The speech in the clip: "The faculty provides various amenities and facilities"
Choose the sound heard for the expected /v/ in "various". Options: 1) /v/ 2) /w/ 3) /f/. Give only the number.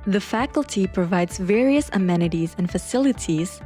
1